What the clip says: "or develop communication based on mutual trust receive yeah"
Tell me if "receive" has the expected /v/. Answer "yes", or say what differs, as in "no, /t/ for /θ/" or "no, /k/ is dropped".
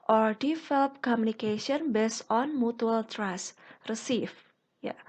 no, /f/ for /v/